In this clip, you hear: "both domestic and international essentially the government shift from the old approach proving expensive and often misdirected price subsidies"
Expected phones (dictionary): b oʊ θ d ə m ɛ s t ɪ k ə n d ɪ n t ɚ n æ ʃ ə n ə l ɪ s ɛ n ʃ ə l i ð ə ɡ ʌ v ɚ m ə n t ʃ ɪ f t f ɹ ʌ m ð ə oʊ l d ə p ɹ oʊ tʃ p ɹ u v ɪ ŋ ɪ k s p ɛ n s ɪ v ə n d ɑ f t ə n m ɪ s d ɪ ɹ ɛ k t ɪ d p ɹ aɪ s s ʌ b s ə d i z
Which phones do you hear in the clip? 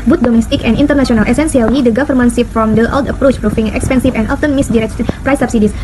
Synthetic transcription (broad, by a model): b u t d ə m ɛ s t ɪ k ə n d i n t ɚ n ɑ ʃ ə n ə l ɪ s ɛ n s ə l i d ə ɡ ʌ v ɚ m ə n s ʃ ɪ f f ɹ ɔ m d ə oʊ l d ə p ɹ oʊ tʃ p ɹ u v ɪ ŋ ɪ k s p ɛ n s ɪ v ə n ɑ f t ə n m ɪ s d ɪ ɹ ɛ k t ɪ p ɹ aɪ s s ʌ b s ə d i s